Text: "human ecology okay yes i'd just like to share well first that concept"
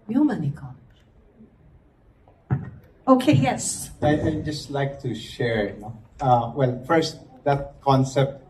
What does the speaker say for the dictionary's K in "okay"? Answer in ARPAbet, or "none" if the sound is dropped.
K